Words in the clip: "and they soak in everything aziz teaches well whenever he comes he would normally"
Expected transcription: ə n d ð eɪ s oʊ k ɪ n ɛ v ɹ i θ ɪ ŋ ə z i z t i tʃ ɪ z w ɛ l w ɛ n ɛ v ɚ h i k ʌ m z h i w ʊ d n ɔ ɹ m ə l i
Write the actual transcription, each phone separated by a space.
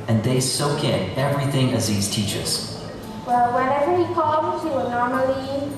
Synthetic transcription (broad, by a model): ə n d ð eɪ s oʊ k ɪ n ɛ v ɹ i θ ɪ ŋ ə z i z t i tʃ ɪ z w ɛ l w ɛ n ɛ v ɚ h i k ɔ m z h i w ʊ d n ɔ ɹ m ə l i